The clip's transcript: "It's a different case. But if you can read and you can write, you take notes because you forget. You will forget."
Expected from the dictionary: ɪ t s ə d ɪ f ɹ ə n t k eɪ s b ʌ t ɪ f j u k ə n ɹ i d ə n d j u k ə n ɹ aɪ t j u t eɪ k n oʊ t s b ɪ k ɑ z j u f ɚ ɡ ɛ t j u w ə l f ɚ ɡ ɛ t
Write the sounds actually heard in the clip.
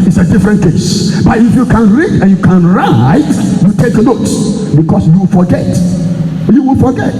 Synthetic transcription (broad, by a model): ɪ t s ə d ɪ f ɹ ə n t k eɪ s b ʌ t ɪ f j u k ə n ɹ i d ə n j u k ə n ɹ aɪ t j u t eɪ k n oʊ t b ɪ k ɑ s j u f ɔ ɡ ɛ t j u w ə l f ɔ ɡ ɛ t